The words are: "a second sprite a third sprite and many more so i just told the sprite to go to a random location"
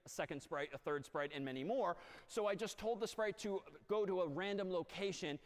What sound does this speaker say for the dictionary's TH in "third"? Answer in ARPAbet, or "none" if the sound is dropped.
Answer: TH